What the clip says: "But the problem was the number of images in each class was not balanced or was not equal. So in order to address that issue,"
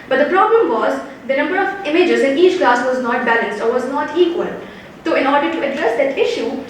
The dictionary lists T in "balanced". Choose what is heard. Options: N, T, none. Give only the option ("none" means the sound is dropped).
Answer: T